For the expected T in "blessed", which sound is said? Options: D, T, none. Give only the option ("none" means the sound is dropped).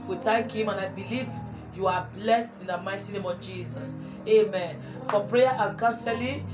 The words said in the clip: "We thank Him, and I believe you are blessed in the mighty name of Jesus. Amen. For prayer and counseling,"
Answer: T